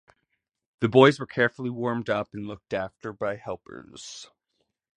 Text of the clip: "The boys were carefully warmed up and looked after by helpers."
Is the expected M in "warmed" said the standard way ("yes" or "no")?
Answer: yes